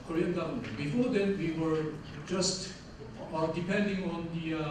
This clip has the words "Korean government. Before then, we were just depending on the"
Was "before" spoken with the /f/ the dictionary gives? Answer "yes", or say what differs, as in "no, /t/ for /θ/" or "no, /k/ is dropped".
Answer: yes